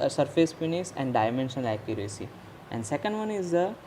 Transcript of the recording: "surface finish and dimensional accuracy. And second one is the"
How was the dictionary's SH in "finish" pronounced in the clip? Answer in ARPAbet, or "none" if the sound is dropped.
S